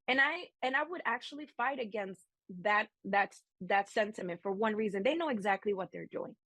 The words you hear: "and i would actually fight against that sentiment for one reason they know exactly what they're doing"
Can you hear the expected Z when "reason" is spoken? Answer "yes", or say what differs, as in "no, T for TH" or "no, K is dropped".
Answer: yes